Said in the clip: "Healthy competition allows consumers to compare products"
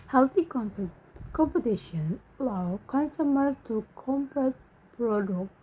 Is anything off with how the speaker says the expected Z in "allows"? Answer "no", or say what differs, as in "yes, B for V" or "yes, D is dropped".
yes, Z is dropped